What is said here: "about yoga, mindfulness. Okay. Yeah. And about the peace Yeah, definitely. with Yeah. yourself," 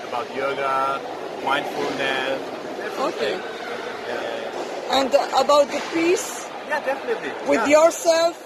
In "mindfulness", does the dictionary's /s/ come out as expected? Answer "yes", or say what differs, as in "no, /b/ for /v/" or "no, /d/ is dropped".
no, /s/ is dropped